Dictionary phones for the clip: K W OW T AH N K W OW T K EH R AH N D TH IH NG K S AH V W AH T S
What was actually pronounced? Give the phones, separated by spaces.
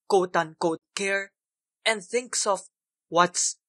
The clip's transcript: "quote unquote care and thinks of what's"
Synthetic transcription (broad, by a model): K OW T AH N K OW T K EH R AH N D TH IH NG K S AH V W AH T S